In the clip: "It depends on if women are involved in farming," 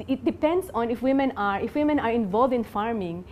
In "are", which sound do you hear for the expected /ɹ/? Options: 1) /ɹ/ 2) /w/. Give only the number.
1